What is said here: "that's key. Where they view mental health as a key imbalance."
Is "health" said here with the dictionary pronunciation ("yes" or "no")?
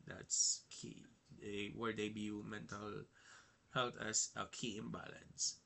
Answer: no